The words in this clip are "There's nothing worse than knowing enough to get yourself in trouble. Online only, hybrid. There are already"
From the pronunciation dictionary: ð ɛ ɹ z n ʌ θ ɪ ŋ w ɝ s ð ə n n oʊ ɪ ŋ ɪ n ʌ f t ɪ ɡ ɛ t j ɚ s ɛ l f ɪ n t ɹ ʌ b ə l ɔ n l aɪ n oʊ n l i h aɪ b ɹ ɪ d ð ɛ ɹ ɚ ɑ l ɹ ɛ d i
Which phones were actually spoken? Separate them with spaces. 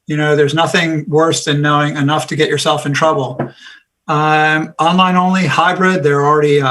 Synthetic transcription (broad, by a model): ð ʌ ɹ z n ʌ θ ɪ ŋ w ɝ s ð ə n n oʊ ɪ ŋ ɪ n ʌ f t ɪ ɡ ɛ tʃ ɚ s ɛ l f ɪ n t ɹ ʌ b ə ɔ n l aɪ n oʊ n l i h aɪ b ɹ ɪ d ð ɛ ɹ l ɹ ɛ d i